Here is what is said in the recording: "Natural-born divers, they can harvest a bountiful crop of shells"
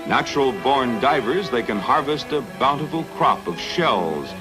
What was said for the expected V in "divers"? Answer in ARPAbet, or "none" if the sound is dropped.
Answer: V